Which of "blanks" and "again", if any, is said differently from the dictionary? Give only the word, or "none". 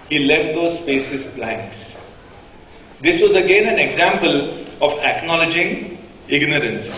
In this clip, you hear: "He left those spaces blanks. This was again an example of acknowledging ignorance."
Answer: blanks